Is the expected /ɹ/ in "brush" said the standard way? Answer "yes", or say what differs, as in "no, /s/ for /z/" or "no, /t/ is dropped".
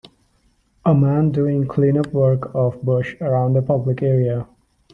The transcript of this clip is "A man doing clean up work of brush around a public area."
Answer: no, /ɹ/ is dropped